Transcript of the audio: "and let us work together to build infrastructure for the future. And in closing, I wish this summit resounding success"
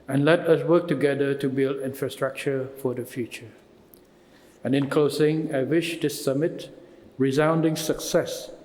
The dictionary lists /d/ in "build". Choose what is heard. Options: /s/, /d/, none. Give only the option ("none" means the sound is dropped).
/d/